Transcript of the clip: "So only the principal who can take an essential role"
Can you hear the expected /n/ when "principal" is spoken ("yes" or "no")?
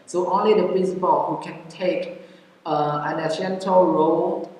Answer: yes